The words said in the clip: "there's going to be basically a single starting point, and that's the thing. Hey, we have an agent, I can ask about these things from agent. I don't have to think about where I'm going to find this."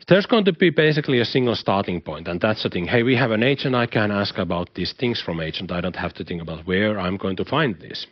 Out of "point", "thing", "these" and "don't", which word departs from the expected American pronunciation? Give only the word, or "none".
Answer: these